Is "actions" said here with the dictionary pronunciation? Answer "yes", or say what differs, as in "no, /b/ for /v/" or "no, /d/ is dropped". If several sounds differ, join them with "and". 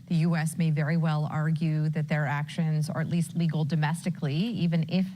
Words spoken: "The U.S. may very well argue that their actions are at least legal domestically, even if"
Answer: yes